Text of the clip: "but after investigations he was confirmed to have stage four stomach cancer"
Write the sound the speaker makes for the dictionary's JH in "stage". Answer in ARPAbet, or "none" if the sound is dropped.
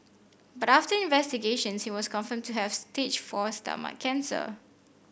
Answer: CH